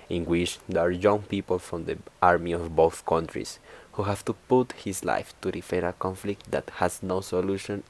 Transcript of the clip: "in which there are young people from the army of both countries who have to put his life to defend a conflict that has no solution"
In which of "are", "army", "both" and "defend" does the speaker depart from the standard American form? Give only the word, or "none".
defend